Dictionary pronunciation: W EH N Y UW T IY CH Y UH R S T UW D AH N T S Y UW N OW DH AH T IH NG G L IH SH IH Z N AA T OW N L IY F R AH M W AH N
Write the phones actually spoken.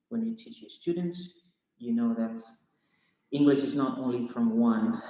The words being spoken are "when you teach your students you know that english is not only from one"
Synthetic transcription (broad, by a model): W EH N Y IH T IY CH Y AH R S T UW D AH N T S Y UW N OW DH AH T IH NG G L IH SH IH Z N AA T OW N L IY F R AH M W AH N